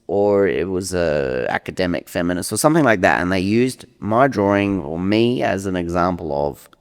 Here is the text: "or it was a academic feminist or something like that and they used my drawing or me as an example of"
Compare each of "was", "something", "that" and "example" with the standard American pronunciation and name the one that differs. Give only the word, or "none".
none